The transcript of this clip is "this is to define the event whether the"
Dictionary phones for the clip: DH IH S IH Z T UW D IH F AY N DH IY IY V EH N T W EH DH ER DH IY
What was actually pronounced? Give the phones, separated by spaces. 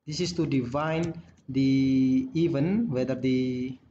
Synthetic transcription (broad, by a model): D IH S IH S T UW D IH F AY N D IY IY V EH N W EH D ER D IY